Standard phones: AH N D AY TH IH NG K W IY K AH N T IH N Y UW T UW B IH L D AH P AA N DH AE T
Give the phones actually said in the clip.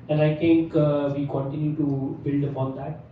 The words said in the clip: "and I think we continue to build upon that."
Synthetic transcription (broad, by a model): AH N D AY T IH NG K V IY K AH N T IH N Y UW T UW B IH L D AH P AA N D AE T